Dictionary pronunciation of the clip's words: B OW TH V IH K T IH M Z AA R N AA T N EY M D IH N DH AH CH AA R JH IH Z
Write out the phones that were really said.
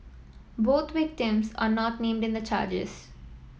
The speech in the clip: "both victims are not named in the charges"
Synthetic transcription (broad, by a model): B OW T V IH K T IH M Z AA R N AA T N EY M D IH N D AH CH AA R JH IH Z